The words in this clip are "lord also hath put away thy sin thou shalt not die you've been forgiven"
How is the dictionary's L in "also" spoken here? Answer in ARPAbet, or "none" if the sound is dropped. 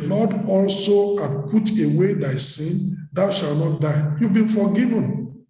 L